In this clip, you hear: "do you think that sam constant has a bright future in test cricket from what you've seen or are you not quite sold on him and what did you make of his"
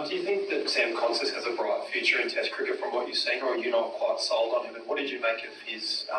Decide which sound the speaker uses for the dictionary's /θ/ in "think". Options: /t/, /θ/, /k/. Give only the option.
/θ/